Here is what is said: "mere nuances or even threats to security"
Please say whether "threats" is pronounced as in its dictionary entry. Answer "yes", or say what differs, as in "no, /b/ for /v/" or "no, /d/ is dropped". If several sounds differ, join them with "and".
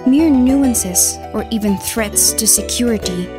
yes